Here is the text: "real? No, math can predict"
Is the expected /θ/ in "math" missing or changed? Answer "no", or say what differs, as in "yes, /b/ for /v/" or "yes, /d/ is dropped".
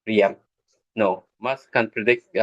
yes, /s/ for /θ/